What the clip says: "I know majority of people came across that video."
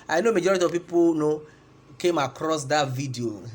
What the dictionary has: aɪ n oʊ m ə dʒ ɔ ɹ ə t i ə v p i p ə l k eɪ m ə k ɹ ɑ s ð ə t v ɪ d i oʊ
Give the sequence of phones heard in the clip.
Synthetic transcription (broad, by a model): aɪ n oʊ m ə dʒ ɔ ɹ ə t i ə v p i p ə n k eɪ m ə k ɹ ɑ s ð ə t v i d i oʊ